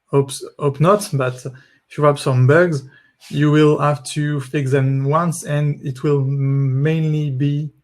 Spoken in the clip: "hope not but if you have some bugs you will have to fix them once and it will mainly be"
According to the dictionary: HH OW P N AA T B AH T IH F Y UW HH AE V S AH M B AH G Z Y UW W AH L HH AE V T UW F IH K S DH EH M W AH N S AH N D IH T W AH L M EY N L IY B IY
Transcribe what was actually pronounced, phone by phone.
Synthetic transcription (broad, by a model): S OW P N AA T B AH T IH F Y UW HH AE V S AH M B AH G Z Y UW W AH L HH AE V T UW F IH K S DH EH M W AH N S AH N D IH T W AH L M EY N L IY B IY